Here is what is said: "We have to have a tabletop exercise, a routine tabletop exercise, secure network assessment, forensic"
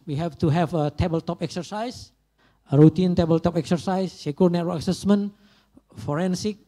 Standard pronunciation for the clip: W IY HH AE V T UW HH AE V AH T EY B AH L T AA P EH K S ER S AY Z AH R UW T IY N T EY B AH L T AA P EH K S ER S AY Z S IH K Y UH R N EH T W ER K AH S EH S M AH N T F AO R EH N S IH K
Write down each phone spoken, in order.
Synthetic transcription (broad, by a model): W IY HH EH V T UW HH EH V AH T EY B AH L T AA P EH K S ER S AY S AH R UW T IY N T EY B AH L T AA P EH K S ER S AY S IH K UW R N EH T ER AH S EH S M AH N F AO R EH N S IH K